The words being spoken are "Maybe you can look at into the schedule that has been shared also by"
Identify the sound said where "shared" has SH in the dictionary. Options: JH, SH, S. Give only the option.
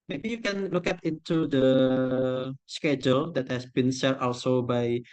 S